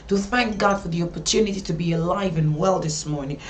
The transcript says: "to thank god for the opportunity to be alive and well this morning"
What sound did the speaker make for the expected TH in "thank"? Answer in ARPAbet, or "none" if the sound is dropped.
TH